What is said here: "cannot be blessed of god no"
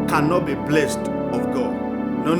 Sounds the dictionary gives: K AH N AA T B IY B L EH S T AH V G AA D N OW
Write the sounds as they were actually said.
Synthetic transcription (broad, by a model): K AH N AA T B IY B L EH S T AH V G AA D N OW